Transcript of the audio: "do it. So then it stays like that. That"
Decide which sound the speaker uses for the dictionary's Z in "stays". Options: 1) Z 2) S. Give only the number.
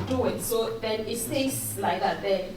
2